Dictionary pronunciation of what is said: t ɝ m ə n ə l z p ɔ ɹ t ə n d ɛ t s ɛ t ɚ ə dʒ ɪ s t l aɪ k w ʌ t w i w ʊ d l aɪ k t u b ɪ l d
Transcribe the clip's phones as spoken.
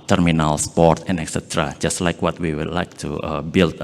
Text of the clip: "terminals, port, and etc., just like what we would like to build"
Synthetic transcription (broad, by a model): t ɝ m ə n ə l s p ɔ ɹ t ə n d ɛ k s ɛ t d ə dʒ ɪ s t l aɪ k w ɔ t w i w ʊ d l aɪ k t u b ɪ l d